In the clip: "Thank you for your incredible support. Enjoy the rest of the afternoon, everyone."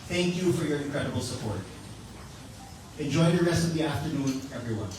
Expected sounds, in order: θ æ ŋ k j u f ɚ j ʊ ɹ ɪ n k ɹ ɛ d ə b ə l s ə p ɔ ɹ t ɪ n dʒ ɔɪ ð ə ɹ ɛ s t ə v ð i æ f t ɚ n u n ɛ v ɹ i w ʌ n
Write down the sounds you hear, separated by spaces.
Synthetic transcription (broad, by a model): θ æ ŋ k j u f ɚ j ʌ ɹ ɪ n k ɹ ɛ d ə b l s ə p ɔ ɹ t ɪ n dʒ ɔɪ ð ə ɹ ɛ s t ə v ð i æ f t ɚ n u n ɛ v ɹ i w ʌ n